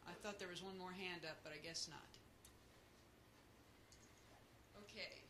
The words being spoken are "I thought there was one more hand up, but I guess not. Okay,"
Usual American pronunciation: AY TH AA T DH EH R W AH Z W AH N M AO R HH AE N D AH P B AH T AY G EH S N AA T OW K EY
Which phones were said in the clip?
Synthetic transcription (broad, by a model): AY TH AA T DH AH R W AH Z W AH N M AO R HH AE N D AH P B AH T AY G EH S N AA T OW K EY